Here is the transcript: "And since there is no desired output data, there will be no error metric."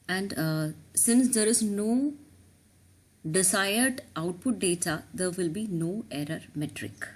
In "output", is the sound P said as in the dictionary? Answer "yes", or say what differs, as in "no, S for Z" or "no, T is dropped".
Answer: yes